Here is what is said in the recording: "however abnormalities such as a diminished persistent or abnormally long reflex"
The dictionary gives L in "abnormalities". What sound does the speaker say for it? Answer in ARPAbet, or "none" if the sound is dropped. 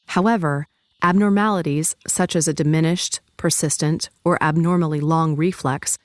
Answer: L